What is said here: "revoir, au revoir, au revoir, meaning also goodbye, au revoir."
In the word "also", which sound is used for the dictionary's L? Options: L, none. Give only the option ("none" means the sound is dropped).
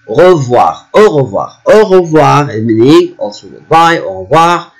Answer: none